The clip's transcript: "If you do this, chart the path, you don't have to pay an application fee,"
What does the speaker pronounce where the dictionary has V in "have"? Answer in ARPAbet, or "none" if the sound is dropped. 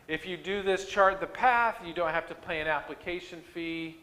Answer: F